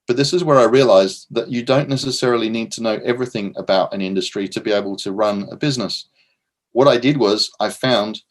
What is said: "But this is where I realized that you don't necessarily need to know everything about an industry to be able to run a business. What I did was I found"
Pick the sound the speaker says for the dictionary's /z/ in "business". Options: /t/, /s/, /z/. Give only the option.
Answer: /z/